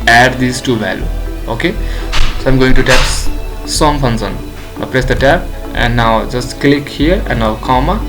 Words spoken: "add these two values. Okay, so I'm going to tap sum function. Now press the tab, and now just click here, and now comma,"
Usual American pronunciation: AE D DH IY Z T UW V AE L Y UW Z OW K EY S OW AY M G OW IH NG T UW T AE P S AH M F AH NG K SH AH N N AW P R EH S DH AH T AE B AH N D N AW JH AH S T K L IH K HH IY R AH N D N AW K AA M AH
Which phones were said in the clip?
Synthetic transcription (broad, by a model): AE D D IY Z T UW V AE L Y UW OW K EY S OW AY M G OW IH NG T UW T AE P S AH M P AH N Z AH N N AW P R EH S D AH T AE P AH N D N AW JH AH S T K L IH K HH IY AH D N AW K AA M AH